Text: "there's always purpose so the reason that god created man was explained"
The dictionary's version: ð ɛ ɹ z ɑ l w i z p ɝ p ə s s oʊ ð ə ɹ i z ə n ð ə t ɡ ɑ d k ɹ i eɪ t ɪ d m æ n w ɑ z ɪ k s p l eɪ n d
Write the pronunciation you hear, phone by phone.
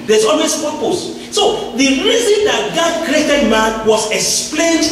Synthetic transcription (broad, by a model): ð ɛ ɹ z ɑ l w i s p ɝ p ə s s oʊ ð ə ɹ i z ə n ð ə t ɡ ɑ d k ɹ i eɪ t ɪ d m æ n w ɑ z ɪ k s p l eɪ n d